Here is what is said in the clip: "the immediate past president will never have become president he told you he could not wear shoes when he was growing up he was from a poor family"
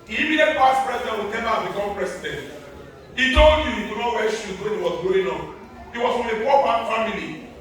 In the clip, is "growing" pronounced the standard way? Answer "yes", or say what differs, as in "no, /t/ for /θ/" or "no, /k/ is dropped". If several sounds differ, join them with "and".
no, /ɹ/ is dropped